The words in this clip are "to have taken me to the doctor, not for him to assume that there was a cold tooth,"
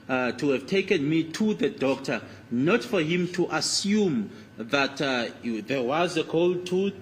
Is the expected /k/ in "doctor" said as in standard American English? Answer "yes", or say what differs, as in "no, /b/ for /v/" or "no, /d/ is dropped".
yes